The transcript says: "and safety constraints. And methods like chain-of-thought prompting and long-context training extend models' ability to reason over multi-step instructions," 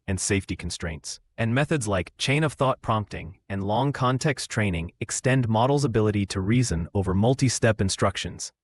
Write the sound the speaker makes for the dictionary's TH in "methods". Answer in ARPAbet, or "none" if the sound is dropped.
TH